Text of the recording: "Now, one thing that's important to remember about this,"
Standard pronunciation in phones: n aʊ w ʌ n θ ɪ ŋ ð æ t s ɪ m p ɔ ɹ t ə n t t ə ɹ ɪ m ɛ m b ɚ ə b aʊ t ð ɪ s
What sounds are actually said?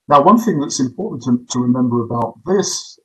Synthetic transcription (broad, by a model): n aʊ w ʌ n θ ɪ ŋ ð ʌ t s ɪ m p ɔ ɹ t n t t ə ɹ ɪ m ɛ m b ɚ ə b aʊ t ð ɪ s